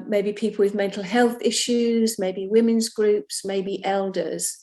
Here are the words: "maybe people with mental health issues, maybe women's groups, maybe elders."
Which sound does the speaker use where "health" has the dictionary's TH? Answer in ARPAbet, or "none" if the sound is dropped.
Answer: TH